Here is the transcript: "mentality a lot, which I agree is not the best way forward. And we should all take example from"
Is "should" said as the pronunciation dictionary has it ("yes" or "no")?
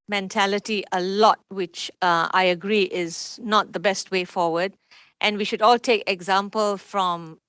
yes